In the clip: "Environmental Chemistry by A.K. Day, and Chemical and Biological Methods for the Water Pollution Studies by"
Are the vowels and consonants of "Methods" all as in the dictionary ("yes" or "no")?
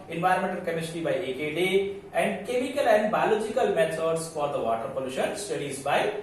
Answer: no